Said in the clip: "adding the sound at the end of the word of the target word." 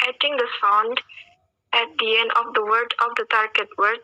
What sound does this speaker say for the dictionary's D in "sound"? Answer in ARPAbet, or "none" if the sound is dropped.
D